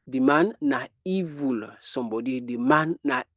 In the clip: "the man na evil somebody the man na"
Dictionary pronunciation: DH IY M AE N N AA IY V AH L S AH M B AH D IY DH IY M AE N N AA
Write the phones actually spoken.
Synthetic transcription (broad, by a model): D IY M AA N N AA IY V AH L S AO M B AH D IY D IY M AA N N AA